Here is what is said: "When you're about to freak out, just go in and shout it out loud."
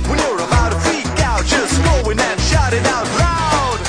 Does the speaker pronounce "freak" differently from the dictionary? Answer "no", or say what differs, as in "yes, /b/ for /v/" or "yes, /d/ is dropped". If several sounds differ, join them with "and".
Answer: yes, /ɹ/ is dropped